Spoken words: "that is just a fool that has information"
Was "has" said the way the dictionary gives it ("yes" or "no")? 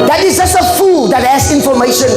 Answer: no